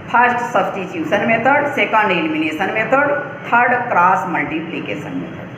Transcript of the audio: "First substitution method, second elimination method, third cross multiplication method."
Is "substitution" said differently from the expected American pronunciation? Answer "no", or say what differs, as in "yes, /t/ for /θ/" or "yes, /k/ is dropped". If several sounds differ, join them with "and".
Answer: yes, /s/ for /ʃ/